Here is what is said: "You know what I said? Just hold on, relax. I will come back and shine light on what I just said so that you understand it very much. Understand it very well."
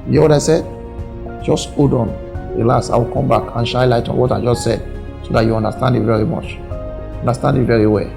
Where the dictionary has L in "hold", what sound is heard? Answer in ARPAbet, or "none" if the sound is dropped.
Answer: none